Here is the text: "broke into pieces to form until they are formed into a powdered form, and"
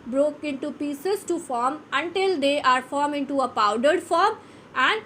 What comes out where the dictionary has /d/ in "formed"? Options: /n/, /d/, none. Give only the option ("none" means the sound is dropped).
none